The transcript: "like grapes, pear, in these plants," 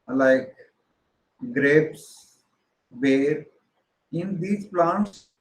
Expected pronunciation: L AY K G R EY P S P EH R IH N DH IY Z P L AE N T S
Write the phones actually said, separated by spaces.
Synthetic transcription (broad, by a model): L AY K G R EY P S B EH R IH N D IY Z P L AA N T S